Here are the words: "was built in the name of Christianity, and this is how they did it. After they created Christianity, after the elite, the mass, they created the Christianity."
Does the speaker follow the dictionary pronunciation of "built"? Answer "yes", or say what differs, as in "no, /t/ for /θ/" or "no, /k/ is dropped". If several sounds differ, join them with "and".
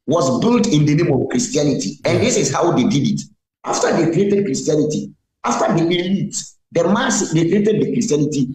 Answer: yes